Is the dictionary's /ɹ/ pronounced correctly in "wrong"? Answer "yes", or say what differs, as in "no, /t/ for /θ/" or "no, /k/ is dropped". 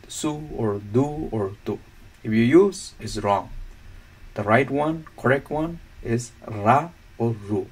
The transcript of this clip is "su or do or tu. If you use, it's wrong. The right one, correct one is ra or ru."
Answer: yes